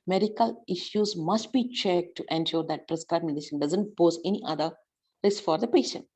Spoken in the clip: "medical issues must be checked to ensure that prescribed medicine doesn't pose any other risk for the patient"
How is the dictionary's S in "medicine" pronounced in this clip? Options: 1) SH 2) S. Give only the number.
1